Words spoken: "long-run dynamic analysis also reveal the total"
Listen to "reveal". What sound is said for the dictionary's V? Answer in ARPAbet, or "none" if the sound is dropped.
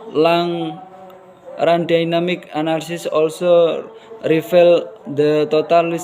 F